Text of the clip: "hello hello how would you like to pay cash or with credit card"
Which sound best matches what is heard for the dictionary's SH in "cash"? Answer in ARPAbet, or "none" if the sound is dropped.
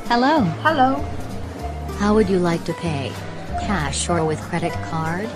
SH